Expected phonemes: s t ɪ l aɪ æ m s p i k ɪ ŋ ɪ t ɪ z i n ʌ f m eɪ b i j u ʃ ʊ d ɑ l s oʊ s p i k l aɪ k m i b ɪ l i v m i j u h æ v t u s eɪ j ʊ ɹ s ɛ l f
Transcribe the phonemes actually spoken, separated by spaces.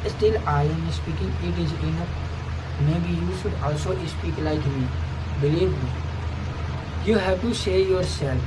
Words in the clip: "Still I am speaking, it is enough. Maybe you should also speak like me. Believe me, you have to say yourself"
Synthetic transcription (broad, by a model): s t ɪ l aɪ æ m s p i k ɪ ŋ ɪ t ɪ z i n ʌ p m eɪ b i j u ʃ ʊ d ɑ l s oʊ s p i k l aɪ k m i b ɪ l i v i j u h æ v t u s eɪ j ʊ ɹ s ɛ l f